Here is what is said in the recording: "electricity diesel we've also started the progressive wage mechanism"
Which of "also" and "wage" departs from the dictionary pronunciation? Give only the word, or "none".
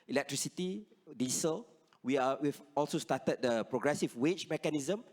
wage